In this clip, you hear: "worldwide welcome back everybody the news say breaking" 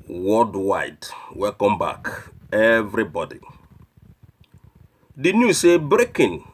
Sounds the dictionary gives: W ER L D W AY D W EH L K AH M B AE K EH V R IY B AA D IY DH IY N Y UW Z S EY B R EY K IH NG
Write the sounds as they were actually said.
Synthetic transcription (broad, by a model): W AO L D W AY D W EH K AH M B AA K EH V R IY B AA D IY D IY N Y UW S EY B R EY K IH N